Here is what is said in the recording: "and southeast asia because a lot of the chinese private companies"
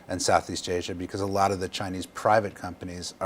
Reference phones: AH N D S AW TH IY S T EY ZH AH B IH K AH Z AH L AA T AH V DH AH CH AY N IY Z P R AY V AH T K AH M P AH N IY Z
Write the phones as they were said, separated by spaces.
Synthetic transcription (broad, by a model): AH N S AW TH IY S T EY ZH AH B IH K AH Z AH L AA T AH V DH AH CH AY N IY Z P R AY V AH T K AH M P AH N IY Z